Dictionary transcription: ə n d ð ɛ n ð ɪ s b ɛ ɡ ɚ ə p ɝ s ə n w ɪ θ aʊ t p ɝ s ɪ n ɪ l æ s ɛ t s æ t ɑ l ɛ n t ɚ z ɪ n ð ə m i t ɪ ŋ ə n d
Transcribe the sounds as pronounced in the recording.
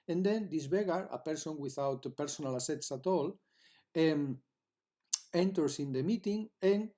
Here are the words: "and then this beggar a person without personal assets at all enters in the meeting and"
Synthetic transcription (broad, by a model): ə n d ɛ n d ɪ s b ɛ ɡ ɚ ə p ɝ s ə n w ɪ θ aʊ t p ɝ s ɪ n ɪ l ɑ s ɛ t s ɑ t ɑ l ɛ n t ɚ s ɪ n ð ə m i t ɪ ŋ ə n